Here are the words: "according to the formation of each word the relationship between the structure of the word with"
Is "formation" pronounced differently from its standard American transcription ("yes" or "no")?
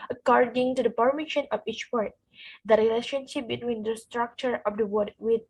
yes